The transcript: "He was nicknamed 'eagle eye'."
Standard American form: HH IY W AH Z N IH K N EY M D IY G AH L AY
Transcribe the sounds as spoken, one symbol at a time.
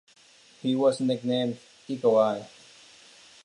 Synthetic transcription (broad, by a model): HH IY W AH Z N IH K N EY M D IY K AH W AY